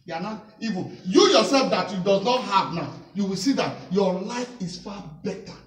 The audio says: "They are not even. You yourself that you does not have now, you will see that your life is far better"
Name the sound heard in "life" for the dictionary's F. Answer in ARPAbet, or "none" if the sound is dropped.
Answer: F